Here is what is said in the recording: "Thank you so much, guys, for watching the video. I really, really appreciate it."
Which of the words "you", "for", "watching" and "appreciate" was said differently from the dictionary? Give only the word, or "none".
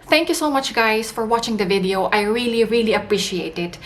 none